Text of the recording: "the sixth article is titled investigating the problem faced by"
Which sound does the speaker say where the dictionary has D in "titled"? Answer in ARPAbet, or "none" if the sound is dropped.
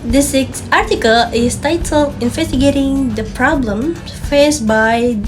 none